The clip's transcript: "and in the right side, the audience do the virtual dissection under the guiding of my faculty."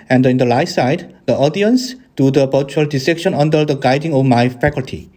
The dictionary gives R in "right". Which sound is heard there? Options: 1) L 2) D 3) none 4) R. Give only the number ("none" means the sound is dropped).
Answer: 1